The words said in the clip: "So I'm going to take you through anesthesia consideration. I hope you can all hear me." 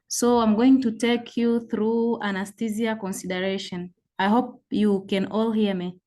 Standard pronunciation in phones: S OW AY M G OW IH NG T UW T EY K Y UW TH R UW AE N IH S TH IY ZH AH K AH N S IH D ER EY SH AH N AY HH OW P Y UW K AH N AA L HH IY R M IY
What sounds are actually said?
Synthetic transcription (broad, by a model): S OW AY M G OW IH NG T UW T EY K Y UW TH R UW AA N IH S T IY Z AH K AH N S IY D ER EY SH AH N AY HH OW P Y UW K AH N AA L HH IY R M IY